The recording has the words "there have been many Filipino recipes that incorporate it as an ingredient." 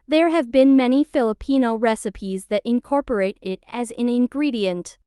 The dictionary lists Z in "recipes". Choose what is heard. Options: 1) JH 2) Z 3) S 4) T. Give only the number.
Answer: 2